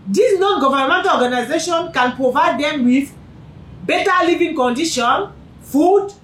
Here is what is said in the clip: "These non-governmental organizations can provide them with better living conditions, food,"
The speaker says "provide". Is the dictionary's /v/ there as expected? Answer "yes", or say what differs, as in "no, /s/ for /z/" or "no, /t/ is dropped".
yes